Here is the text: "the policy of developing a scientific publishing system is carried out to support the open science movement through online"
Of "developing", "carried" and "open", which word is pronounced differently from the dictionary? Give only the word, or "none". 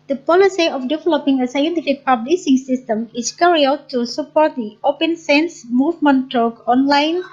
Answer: carried